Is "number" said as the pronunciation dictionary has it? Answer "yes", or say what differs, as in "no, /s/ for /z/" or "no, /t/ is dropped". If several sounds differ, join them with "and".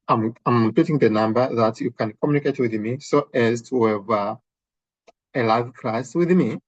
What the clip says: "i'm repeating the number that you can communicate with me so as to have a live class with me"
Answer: yes